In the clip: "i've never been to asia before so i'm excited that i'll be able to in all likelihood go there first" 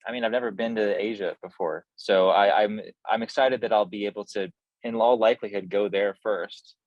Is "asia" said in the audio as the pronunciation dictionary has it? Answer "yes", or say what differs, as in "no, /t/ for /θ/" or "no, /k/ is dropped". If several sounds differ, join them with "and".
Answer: yes